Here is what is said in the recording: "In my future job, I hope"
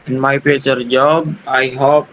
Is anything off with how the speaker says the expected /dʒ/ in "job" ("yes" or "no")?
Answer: no